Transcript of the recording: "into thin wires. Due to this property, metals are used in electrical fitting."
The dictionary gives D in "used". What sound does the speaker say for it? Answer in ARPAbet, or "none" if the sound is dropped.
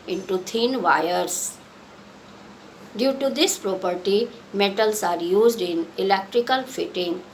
D